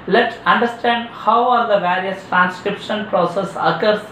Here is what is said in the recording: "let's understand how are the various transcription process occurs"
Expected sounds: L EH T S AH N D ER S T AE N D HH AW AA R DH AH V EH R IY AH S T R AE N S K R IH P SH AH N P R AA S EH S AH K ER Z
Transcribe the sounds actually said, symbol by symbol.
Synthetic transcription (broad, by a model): L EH T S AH N D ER S T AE N D HH AW AA R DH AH V EH R IY AH S T R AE N S K R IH P SH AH N P R AA S EH S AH K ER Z